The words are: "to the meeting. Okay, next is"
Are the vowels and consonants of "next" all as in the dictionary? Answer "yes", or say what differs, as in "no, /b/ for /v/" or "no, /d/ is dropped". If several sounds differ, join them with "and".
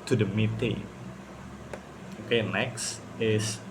yes